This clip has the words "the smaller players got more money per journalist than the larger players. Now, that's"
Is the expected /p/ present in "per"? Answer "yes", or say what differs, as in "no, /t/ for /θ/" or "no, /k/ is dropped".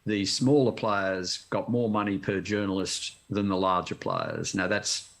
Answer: yes